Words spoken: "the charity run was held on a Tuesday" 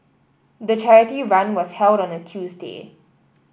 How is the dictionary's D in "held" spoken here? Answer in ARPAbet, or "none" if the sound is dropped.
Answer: D